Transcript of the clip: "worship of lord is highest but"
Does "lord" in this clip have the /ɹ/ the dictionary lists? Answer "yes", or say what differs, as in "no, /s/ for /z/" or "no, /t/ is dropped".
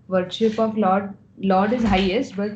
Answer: no, /l/ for /ɹ/